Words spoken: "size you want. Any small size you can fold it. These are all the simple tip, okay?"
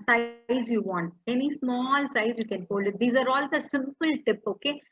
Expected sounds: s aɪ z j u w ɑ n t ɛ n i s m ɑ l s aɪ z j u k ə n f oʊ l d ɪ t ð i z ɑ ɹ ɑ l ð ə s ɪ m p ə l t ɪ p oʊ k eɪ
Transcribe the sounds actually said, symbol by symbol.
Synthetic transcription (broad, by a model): s aɪ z j u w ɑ n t ɛ n i s m ɑ l s aɪ z j u k ə n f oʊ l ɪ t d i z ɑ ɹ ɑ l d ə s ɪ m p ə l t ɪ p oʊ k eɪ